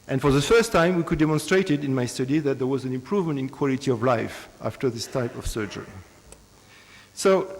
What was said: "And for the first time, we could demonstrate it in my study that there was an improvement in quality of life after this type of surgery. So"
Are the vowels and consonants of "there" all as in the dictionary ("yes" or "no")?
yes